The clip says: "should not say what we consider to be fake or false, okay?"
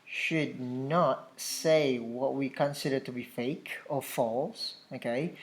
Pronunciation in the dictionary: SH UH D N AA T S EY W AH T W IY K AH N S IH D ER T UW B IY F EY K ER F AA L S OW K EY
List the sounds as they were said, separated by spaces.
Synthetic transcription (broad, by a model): SH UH D N AA T S EY W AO T W IY K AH N S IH D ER T UW B IY F EY K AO F AA L S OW K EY